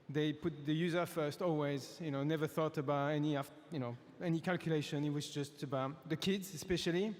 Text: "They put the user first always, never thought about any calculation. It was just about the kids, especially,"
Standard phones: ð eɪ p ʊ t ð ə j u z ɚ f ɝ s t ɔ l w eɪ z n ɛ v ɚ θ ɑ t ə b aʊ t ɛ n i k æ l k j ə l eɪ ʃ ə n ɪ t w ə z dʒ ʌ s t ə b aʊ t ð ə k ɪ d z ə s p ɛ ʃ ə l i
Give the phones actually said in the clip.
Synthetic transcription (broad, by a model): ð eɪ p ʊ t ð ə j u z ɚ f ɝ s t ɔ l w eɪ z n ɛ v ɚ θ ɑ t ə b aʊ t ɛ n i k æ l k j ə l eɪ ʃ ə n ɪ t w ə z dʒ ʌ s t ə b aʊ t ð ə k ɪ d z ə s p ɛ ʃ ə l i